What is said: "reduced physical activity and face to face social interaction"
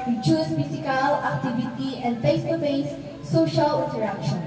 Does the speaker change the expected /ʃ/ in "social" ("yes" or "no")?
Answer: no